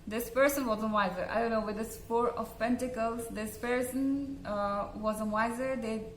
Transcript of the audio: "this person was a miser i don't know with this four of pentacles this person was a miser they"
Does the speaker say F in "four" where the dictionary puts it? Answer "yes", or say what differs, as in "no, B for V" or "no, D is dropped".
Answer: no, P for F